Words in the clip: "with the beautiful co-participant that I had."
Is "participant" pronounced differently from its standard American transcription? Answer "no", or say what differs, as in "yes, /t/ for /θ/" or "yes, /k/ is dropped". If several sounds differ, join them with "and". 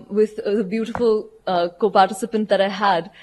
no